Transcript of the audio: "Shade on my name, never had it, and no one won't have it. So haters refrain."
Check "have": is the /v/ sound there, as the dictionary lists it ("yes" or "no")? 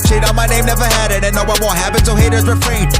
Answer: no